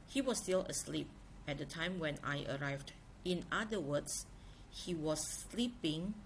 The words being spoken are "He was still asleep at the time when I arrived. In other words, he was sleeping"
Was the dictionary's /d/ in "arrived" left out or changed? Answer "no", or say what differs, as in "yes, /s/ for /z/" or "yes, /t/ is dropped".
no